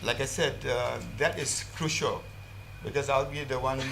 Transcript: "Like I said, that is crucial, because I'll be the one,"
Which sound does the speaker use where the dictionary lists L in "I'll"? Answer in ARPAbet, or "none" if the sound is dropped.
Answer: L